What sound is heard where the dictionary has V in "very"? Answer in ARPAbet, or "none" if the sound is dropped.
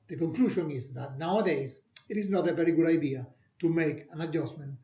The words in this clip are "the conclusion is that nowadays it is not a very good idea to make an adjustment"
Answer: P